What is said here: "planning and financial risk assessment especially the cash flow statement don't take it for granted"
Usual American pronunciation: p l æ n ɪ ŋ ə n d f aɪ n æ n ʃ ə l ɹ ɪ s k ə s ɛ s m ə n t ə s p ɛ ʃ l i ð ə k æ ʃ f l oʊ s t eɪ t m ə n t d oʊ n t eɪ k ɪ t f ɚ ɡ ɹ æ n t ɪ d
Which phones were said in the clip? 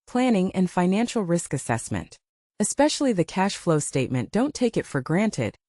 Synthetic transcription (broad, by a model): p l æ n ɪ ŋ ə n f aɪ n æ n ʃ l ɹ ɪ s k ə s ɛ s m ə n t ə s p ɛ ʃ l i ð ə k æ ʃ f l oʊ s t eɪ t m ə n d oʊ n t eɪ k ɪ t f ɚ ɡ ɹ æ n t ɪ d